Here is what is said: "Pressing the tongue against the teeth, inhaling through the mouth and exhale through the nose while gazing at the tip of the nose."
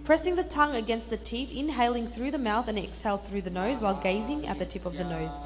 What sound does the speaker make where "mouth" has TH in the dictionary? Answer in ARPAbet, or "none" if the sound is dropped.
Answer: TH